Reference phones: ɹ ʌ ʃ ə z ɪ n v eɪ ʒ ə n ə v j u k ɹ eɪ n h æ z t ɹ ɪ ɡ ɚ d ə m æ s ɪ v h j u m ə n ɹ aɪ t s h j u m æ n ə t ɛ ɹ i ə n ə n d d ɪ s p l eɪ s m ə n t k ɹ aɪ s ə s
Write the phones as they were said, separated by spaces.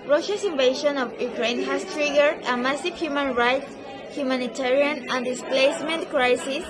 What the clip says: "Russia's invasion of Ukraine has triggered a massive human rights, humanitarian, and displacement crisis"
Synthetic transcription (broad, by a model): ɹ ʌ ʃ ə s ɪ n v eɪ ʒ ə n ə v j u k ɹ eɪ n h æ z t ɹ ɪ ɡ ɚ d ə m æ s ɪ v h j u m ə n ɹ aɪ t s h j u m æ n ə t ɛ ɹ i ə n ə n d d ɪ s p l eɪ s m ə n t k ɹ aɪ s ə s